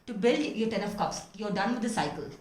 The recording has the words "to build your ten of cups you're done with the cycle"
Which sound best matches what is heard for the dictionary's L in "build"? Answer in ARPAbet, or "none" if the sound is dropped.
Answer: L